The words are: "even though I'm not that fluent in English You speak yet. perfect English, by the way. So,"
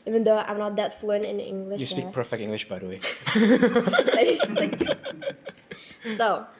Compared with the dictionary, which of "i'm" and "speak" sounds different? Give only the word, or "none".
speak